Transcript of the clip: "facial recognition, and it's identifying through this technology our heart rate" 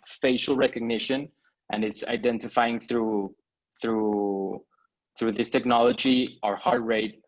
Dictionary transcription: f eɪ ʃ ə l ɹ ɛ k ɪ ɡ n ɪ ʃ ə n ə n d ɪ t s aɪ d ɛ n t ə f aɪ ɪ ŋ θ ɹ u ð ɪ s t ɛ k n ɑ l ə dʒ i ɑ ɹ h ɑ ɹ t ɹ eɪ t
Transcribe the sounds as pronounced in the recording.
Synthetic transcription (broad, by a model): f eɪ ʃ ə l ɹ ɛ k ɪ ɡ n ɪ ʃ ə n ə n ɪ t s aɪ d ɛ n t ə f aɪ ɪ ŋ θ ɹ u ð ɪ s t ɛ k n ɑ l ə dʒ i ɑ ɹ h ɑ ɹ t ɹ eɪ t